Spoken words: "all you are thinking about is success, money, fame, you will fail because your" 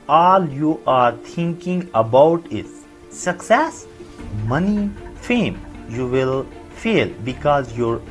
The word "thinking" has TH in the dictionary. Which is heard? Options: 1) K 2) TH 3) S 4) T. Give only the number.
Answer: 4